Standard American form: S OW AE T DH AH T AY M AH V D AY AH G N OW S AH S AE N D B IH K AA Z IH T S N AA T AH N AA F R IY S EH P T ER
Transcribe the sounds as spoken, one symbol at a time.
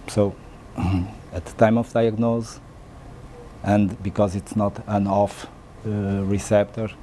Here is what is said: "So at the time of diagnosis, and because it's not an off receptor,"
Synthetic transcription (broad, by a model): S OW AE T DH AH T AY M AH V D AY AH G N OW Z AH N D B IH K AA Z IH T S N AA T AH N AA F R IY S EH P T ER